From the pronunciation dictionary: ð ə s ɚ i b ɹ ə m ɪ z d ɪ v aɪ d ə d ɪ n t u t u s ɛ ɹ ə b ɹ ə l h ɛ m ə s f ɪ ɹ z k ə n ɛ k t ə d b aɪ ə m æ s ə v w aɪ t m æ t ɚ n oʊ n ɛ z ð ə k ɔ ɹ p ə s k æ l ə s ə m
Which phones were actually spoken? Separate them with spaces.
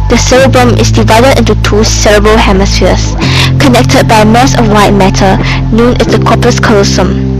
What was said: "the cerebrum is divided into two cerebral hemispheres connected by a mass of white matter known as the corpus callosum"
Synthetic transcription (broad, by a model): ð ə s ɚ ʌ b ɹ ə m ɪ s d ɪ v aɪ d ə d ɪ n t u t u s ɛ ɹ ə b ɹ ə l h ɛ m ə s f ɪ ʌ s k ə n ɛ k t ə d b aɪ ə m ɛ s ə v w aɪ t m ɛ t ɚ n oʊ n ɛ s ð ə k ɔ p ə s k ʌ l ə s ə m